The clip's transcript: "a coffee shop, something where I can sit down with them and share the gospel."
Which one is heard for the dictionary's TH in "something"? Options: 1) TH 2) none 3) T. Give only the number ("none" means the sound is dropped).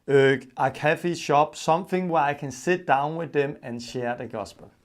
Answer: 1